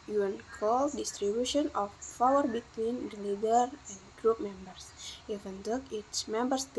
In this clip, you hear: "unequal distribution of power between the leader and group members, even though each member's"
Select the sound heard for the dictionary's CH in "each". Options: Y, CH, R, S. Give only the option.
S